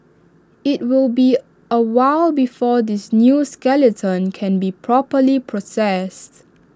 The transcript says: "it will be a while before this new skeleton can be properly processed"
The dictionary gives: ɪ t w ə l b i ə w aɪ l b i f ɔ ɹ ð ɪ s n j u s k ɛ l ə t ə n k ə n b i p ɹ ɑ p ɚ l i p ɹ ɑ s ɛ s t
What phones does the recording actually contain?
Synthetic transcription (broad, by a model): ɪ t w ə l b i ə w aɪ l b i f ɔ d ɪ s n j u s k ɛ l ə t ə n k ə n b i p ɹ ɑ p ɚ l i p ɹ ɑ s ɛ s t